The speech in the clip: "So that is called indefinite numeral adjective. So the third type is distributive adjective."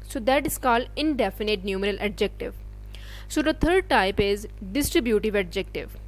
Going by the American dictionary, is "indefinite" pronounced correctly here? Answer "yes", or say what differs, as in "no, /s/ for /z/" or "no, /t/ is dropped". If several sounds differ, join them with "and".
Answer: yes